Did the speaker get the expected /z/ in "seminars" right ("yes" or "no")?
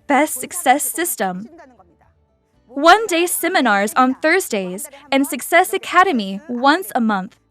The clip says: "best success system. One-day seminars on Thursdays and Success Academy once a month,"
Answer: yes